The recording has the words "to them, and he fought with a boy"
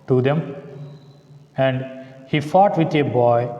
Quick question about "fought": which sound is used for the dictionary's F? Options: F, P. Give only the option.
F